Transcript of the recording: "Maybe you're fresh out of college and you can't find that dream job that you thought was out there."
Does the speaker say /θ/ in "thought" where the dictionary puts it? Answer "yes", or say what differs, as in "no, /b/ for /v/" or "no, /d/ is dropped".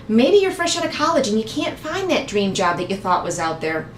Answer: yes